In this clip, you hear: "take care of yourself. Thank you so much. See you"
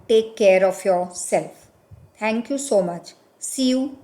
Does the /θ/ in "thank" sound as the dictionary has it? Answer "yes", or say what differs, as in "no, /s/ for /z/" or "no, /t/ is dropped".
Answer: no, /t/ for /θ/